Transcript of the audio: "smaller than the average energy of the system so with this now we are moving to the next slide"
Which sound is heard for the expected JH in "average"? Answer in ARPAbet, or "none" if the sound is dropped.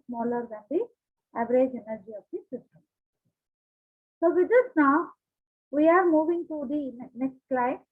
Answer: JH